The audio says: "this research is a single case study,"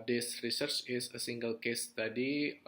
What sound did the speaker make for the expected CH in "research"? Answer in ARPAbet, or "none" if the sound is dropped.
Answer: CH